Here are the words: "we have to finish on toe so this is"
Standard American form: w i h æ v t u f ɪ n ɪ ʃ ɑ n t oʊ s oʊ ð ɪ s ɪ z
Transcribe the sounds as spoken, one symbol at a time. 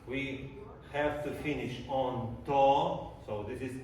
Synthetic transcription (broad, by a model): w i h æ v t u f ɪ n ɪ ʃ ɑ n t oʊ s oʊ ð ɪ s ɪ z